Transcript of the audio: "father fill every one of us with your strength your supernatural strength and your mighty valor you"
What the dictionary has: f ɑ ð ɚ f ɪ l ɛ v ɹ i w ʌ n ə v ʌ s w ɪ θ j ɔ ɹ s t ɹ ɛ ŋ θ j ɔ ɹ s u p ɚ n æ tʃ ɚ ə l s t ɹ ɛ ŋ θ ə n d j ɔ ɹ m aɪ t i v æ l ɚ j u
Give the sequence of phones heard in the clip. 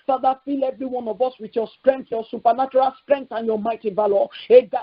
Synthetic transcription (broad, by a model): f ɑ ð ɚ f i l ɛ v ɹ i w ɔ n ə v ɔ s w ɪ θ j ɔ s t ɹ ɛ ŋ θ j ɔ s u p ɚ n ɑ tʃ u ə l s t ɹ ɛ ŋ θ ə n j ɔ m aɪ t i v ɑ l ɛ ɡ